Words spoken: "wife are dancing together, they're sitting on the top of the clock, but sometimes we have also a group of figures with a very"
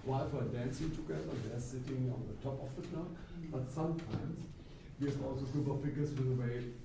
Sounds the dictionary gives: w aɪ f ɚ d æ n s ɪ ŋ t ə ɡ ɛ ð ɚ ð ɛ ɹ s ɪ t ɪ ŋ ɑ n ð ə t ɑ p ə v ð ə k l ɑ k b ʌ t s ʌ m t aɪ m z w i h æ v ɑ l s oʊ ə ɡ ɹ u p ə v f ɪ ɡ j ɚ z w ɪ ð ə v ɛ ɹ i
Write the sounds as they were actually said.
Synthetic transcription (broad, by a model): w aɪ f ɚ d æ n s ɪ ŋ t ə ɡ ɛ ð ɚ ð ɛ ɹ s ɪ t ɪ ŋ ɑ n ð ə t ɑ p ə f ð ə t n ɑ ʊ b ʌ t s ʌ m t aɪ m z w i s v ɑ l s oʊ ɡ u b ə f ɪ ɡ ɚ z w ɪ ð ə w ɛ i